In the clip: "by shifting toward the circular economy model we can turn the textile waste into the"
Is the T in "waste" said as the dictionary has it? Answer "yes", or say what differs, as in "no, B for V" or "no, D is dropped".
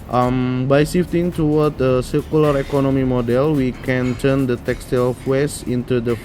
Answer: no, T is dropped